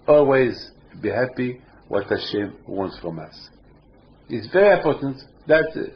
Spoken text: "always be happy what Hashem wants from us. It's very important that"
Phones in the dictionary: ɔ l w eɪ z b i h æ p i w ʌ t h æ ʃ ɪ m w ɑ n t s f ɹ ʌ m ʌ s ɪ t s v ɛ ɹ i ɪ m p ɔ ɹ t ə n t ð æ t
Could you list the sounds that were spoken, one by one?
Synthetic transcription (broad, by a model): ɔ l w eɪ z b i h æ p i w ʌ t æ ʃ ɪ m w ɑ n t s f ɹ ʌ m ʌ s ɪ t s v ɛ ɹ i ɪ m p ɔ ɹ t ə n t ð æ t